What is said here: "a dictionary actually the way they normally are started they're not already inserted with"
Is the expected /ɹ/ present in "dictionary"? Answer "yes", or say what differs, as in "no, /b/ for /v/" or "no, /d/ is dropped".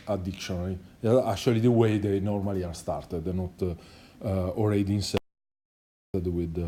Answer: no, /l/ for /ɹ/